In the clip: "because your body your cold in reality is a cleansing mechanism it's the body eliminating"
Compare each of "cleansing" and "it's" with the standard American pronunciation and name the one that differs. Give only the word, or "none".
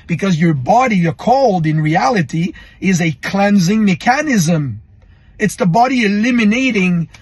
none